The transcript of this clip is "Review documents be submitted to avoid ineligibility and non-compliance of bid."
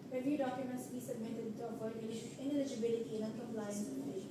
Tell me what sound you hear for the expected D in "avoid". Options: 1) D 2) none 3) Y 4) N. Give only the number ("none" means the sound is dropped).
2